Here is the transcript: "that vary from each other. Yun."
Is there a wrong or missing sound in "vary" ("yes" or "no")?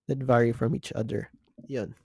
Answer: no